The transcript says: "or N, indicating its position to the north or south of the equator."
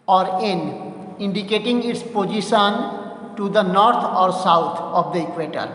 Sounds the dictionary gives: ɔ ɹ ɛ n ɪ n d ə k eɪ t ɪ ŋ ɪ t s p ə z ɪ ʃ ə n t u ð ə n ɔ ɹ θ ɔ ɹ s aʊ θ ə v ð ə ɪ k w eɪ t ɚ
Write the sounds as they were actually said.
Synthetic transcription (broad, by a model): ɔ ɹ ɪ n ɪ n d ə k eɪ t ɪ ŋ ɪ t s p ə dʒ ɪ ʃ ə n t u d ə n ɔ ɹ t ɔ ɹ s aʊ t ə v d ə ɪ k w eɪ t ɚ